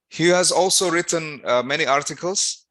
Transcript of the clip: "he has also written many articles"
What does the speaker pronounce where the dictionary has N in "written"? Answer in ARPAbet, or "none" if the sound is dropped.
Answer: N